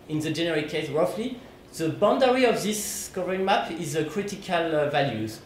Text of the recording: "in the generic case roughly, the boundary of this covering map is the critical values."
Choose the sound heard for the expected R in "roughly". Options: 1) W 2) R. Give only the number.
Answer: 2